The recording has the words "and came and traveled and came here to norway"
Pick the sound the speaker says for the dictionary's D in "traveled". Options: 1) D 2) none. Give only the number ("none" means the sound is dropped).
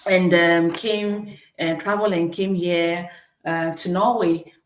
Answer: 2